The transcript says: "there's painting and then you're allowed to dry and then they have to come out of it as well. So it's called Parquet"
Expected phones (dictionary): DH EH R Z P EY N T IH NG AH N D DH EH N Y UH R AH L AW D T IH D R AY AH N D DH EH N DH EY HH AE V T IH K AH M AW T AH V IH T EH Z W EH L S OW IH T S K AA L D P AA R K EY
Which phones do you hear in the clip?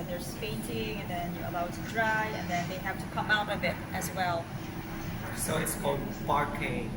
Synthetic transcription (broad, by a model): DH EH R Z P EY N T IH NG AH N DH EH N Y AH R AH L AW D T IH D R AY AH N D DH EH N DH EY HH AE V T IH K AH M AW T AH B IH T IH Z W EH L S OW IH T S K AA L D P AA R K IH